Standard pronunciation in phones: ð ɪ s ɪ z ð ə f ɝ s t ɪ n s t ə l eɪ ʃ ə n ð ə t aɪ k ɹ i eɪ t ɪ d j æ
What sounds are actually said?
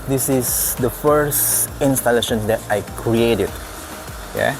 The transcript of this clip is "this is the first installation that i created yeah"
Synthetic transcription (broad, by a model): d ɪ s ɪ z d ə f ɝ s ɪ n s t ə l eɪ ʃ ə n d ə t aɪ k ɹ i eɪ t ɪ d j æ